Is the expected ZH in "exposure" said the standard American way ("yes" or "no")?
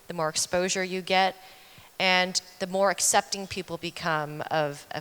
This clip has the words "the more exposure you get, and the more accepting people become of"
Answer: yes